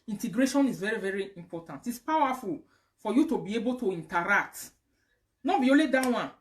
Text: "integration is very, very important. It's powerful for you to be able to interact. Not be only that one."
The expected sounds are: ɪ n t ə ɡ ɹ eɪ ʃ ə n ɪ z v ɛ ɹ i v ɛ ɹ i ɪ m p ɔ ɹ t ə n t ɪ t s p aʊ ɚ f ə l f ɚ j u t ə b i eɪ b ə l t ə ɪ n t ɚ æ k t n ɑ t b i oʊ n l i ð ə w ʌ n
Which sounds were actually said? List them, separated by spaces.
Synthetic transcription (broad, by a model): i n t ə ɡ ɹ eɪ ʃ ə n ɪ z v ɛ ɹ i v ɛ ɹ i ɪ m p ɔ t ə n t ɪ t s p aʊ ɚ f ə l f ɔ j u t ə b i eɪ b ə l t ə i n t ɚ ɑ k t n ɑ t b i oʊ l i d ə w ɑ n